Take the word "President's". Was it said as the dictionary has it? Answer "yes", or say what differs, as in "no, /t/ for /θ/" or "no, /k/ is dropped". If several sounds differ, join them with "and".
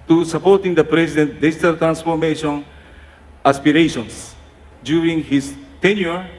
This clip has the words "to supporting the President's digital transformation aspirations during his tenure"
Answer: no, /s/ is dropped